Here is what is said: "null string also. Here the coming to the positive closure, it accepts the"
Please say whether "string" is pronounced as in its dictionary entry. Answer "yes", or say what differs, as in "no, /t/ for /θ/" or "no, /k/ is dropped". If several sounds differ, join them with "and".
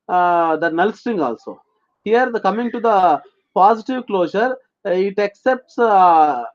no, /ɹ/ is dropped